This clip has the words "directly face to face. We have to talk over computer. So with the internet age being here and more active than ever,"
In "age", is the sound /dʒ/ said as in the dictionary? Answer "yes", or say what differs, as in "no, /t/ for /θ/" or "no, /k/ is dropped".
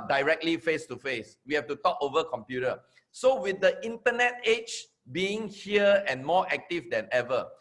no, /tʃ/ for /dʒ/